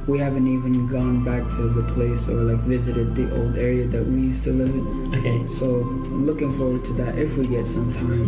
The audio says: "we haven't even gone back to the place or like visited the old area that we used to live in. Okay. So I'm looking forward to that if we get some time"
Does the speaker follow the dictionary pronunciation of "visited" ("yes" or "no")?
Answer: yes